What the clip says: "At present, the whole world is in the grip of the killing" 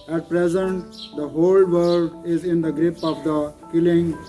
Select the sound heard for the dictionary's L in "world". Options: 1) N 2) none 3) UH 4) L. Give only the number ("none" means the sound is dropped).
2